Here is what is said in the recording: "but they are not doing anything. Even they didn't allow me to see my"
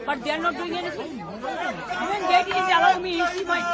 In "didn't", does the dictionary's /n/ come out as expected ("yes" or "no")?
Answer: no